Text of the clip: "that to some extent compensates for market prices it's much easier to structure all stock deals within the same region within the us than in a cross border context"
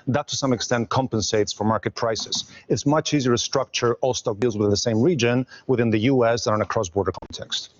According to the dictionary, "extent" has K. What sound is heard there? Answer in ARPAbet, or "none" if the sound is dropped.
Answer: K